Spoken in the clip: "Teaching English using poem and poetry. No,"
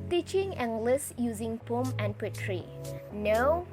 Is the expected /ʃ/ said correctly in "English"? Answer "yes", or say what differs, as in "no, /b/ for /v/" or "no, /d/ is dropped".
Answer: no, /s/ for /ʃ/